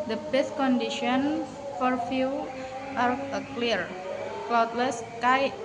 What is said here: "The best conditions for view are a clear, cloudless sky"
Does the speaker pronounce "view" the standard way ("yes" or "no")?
no